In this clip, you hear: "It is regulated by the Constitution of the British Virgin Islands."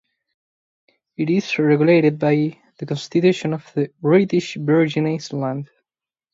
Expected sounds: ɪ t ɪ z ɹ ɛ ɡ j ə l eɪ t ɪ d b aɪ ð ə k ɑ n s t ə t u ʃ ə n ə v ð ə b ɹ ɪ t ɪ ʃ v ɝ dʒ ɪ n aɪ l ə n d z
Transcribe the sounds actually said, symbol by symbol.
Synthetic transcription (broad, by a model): ɪ t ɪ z ɹ ɛ ɡ j ə l eɪ t ɪ d b aɪ ð ə k ɑ n s t ə t u ʃ ə n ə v ð ə b ɹ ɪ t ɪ ʃ b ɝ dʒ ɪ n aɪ l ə n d